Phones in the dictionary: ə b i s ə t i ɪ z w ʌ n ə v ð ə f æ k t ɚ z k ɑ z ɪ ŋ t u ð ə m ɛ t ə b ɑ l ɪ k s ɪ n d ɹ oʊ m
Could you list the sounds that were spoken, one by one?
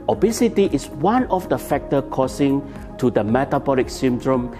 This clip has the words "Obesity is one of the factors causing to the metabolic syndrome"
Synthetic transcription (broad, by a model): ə b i s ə t i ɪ s w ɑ n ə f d ə f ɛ k t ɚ k ɑ s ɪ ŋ t u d ə m ɛ t ə b ɑ l ɪ k s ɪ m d ɹ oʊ m